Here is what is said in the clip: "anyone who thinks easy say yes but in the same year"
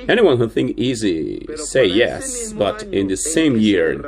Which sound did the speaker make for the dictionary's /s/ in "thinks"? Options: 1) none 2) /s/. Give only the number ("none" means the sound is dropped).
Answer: 1